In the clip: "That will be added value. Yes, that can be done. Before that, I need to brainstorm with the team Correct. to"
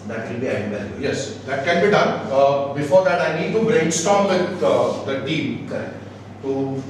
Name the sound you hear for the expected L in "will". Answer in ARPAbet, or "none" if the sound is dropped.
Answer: N